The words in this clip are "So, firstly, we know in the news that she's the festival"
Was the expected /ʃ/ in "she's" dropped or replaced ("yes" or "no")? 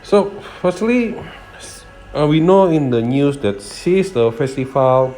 yes